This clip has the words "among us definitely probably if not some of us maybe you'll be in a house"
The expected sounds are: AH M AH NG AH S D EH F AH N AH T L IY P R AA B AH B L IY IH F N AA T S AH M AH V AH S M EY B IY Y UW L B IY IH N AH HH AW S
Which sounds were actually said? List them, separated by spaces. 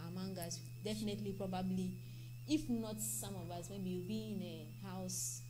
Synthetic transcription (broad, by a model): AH M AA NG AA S D EH F AH N AH T L IY P R AA B AH B L IY IH F N AA T S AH M AH V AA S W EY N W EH W B IY IH N AH HH AW S